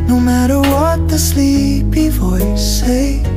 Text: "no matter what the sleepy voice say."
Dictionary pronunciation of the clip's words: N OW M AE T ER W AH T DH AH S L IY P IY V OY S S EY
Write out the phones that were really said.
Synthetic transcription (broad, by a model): N OW M AE T ER W AH T DH AH S L IY P IY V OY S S EY